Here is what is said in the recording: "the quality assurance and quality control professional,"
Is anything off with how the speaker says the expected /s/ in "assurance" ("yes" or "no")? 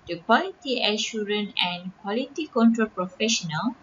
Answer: yes